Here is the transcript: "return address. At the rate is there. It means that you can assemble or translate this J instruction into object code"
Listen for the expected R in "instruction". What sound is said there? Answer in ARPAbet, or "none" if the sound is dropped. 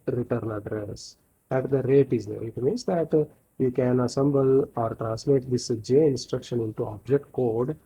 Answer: R